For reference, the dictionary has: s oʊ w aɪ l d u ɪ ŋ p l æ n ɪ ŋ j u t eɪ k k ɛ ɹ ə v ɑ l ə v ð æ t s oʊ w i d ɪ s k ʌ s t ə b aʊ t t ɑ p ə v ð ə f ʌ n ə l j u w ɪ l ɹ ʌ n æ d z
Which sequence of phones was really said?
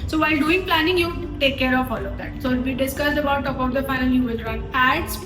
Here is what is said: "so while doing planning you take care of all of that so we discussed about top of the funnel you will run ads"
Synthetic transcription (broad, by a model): s oʊ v aɪ l d u ɪ ŋ p l æ n ɪ ŋ j u t eɪ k k ɛ ɹ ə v ɑ l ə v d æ t s oʊ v i d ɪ s k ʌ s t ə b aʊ t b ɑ ə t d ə f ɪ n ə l j u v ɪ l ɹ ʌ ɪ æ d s